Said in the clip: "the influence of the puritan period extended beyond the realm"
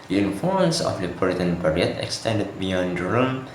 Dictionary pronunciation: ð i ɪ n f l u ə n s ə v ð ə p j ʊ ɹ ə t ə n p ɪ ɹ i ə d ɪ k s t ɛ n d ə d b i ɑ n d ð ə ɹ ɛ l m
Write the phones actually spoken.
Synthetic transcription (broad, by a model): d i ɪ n f u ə n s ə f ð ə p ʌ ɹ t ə n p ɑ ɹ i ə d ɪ k s t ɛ n d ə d b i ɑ n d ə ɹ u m